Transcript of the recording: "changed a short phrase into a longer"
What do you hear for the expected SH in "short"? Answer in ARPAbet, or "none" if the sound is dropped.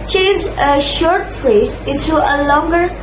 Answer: SH